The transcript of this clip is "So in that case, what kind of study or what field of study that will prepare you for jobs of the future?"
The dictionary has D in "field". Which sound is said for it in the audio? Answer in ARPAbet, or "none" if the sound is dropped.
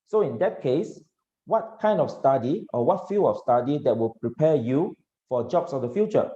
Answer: none